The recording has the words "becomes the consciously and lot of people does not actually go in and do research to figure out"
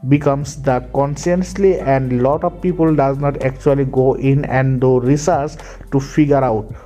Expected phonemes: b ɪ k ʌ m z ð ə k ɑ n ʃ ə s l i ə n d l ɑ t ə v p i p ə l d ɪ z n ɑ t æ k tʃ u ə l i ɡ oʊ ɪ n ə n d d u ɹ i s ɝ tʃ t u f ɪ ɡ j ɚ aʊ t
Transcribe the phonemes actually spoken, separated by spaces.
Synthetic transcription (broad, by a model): b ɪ k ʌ m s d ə k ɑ n s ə s l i ə n d l ɑ t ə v p i p ə l d ɪ z n ɑ t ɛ k tʃ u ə l i ɡ oʊ ɪ n ə n d d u ɹ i s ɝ s t u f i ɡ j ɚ aʊ t